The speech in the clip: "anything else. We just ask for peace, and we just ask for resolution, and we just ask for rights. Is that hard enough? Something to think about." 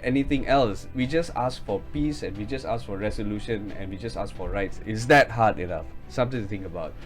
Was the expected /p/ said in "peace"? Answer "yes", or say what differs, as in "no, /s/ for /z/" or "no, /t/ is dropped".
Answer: yes